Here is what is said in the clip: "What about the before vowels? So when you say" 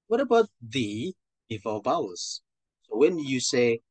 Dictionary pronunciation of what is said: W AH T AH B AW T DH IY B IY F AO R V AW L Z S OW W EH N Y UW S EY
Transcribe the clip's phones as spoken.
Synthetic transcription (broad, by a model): W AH T AH B AW T DH IY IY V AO L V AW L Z S OW W EH N Y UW S EY